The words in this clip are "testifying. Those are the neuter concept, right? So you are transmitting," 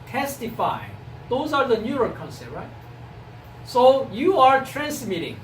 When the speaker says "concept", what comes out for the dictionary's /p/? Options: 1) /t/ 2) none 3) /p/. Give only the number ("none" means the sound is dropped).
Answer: 2